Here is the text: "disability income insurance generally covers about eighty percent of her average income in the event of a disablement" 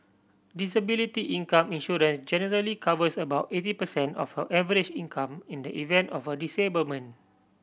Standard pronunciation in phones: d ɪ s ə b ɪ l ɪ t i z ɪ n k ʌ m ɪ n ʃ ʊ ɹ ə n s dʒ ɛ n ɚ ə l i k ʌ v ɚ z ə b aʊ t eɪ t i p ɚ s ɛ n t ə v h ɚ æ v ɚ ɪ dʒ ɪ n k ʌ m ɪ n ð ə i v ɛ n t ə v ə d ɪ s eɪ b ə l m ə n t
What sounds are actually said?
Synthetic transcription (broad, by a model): d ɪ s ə b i l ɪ t i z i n k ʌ m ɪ n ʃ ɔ ɹ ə n s dʒ ɛ n ɚ ə l i k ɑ v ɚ s ə b aʊ t eɪ t i p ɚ s ɛ n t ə f h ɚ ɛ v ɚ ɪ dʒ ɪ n k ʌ m ɪ n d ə i v ɛ n t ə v ə d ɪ s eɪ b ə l m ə n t